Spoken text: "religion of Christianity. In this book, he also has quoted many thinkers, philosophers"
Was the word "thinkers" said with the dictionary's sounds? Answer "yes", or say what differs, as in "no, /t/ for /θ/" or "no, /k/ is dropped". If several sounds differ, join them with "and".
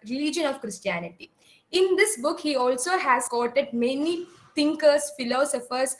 no, /t/ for /θ/